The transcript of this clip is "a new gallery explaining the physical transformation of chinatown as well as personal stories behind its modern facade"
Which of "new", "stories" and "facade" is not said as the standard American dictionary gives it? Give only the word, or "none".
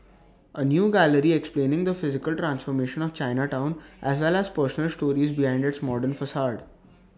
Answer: none